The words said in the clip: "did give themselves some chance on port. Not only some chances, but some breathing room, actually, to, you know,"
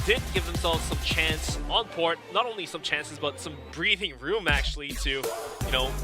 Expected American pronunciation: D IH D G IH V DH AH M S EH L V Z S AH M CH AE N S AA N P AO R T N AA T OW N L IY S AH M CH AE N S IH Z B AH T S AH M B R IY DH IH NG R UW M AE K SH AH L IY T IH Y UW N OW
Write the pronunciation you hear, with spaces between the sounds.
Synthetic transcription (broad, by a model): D IH D G IH V DH AH M S EH L V Z S AH M CH AE N S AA N P AO R T N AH T OW N L IY S AH M CH AE N S IH Z B AH T S AH M B R IY DH IH NG R UW M AE K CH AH L IY T IH Y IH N OW